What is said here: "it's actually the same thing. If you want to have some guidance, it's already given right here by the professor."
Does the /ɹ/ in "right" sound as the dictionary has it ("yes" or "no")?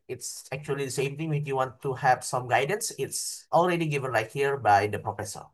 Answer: no